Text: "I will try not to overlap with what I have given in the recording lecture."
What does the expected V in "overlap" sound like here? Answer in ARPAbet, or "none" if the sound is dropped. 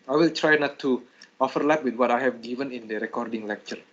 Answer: F